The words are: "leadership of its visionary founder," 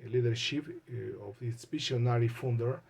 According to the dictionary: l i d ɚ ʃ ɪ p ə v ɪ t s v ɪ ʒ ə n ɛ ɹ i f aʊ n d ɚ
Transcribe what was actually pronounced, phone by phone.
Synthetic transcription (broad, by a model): l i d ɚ ʃ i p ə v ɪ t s p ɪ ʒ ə n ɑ ɹ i f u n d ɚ